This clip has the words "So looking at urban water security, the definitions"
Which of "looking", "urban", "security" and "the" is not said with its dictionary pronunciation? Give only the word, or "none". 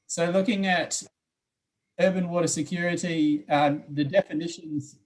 none